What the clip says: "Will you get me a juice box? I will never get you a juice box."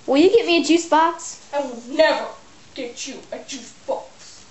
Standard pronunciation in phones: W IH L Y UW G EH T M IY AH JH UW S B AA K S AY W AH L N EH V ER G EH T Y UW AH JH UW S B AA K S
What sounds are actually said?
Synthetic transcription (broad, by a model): W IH L Y UW G EH T M IY AH JH UW S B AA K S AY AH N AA UH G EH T Y UW AH JH UW S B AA K S